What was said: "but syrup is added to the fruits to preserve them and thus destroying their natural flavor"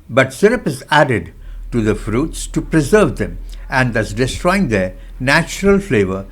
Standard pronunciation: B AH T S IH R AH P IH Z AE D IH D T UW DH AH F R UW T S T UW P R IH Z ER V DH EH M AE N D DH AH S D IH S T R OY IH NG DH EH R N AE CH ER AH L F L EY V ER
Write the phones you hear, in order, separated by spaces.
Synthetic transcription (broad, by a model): B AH T S IH R AH P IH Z AE D IH D T UW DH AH F R UW T S T UW P R IH Z ER V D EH M AE N D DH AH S D IH S T R OY IH NG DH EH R N AE CH ER AH L F L EY V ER